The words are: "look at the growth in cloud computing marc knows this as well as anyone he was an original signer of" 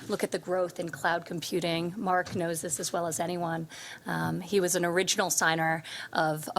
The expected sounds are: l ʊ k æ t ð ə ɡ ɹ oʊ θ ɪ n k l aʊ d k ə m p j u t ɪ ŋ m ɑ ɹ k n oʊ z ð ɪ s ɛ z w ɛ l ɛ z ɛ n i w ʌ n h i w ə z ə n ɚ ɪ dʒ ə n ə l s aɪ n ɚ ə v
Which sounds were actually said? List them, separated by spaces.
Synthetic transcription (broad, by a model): l ʊ k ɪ t ð ə ɡ ɹ oʊ θ ɪ n k l aʊ d k m p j u t ɪ ŋ m ɑ ɹ k n oʊ z ð ɪ s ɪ z w ɛ l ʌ z ɛ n i w ʌ n i w ə z ə n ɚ ɪ dʒ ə n l s aɪ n ɚ ə v